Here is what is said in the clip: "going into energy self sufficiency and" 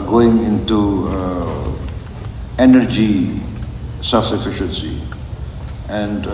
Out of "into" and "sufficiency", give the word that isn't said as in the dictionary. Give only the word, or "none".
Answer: none